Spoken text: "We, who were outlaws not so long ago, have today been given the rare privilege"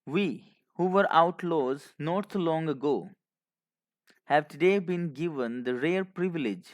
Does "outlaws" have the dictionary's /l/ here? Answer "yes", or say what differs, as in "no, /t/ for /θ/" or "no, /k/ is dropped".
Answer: yes